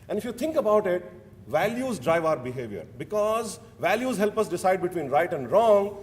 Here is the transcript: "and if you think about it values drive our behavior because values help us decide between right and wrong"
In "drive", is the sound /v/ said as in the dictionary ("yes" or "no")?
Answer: yes